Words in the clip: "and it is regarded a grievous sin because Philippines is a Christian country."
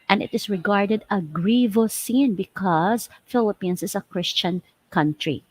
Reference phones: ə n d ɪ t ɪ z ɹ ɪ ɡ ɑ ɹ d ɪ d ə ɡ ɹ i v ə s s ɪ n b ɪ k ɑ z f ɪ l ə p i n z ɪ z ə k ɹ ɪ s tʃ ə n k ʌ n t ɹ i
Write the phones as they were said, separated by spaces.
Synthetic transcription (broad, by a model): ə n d ɪ t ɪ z ɹ ɪ ɡ ɑ ɹ d ɪ d ə ɡ ɹ i v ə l s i n b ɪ k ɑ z f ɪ l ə p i n s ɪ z ə k ɹ ɪ s tʃ ə n k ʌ n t ɹ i